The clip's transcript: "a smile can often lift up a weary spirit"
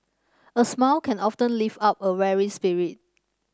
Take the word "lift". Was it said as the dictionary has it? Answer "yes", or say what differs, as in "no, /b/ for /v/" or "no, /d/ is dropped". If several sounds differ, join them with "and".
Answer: no, /t/ is dropped